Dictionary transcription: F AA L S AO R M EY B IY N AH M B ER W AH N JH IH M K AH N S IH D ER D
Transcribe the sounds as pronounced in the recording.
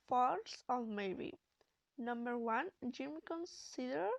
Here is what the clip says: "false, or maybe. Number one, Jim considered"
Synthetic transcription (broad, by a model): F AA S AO L M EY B IY N AH M B ER W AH N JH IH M K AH N S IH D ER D